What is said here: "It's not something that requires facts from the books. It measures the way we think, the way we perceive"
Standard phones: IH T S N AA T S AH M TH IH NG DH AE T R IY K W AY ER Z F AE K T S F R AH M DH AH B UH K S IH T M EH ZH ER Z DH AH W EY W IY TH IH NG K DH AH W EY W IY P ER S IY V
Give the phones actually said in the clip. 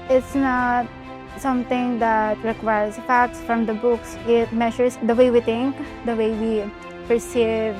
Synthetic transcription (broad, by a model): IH T S N AA T S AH M T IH NG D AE T R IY K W AY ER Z F AE K T S F R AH M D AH B UH K S IH T M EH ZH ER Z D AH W EY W IY T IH NG K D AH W EY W IY P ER S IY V